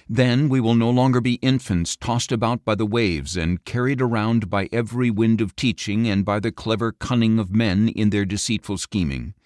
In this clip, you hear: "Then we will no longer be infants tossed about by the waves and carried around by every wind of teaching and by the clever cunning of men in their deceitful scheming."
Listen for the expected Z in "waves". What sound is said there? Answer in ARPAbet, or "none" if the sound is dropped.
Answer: Z